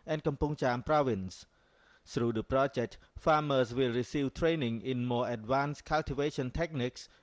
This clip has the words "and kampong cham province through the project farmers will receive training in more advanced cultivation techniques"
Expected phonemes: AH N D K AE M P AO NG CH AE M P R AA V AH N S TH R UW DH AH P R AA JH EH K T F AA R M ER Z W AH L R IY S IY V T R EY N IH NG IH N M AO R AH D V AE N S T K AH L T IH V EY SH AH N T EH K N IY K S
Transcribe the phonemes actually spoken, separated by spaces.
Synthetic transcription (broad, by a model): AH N K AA M P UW NG CH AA M P R AA V AH N S S R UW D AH P R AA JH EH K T F AA M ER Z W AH L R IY S IY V T R EY N IH NG IH N M AO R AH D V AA N S K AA L T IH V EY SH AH N T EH K N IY K S